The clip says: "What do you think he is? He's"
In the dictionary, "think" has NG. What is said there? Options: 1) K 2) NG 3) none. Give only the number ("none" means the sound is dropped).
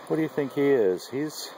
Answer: 2